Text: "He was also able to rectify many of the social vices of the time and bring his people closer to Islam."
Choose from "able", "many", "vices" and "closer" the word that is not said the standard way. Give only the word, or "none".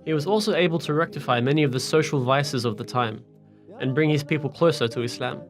none